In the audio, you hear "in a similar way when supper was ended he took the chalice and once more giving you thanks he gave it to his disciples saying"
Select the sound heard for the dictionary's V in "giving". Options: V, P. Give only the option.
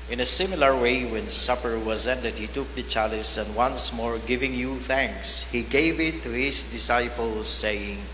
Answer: V